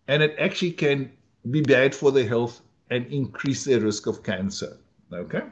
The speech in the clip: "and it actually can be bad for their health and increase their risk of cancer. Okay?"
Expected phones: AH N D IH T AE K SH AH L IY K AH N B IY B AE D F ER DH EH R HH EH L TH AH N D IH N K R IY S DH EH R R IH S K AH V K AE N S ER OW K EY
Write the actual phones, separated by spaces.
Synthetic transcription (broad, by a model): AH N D IH T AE K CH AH L IY K AH N B IY B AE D F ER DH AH HH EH L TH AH N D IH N K R IY S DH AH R R IH S K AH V K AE N S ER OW K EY